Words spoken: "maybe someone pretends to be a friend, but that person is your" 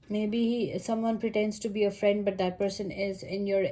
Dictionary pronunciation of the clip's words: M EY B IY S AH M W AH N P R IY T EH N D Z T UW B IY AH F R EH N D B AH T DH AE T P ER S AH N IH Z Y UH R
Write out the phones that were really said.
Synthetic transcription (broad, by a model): M EY B IY S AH M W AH N P R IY T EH N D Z T UW B IY AH F R EH N D B AH T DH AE T P ER S AH N IH Z Y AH R